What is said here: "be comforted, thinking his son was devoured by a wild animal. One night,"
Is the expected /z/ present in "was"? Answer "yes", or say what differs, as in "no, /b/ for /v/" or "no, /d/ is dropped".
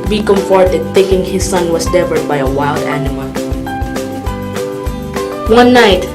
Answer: no, /s/ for /z/